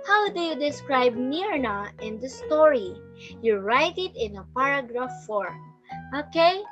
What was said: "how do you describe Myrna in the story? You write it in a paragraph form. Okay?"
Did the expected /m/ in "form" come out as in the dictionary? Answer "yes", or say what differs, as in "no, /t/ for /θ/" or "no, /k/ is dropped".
no, /m/ is dropped